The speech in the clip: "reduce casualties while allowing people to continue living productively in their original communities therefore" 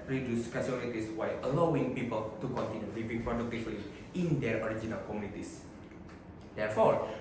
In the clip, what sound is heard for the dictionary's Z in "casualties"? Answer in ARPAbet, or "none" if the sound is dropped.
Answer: S